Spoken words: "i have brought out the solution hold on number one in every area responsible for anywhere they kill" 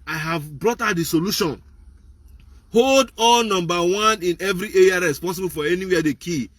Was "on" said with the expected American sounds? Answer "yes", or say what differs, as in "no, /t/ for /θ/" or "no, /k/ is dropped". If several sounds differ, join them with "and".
no, /l/ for /n/